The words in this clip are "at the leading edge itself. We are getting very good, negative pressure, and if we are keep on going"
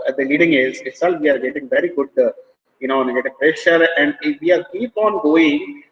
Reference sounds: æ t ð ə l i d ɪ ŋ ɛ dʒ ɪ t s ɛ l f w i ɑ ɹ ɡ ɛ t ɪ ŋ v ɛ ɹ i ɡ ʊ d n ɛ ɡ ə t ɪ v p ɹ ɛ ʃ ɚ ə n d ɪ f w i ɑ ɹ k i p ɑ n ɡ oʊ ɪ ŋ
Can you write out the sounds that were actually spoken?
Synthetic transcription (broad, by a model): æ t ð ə l i d ɪ ŋ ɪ z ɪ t s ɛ l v i ɑ ɹ ɡ ɛ t ɪ ŋ v ɛ ɹ i ɡ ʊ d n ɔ ɡ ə t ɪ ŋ p ɹ ɛ ʃ ɚ ə n d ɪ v i ɑ ɹ k i p ɑ n ɡ oʊ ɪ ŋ